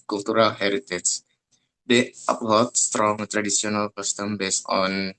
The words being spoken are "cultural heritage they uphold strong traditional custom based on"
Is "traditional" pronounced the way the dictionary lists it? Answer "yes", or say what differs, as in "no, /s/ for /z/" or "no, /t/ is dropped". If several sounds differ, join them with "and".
no, /s/ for /ʃ/